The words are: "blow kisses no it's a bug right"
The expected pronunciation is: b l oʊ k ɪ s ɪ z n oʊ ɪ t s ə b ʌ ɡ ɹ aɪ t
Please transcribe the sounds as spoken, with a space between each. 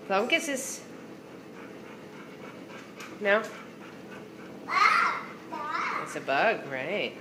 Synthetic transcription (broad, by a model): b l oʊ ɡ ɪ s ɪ s n oʊ ɪ t s ə b ʌ ɡ ɹ aɪ t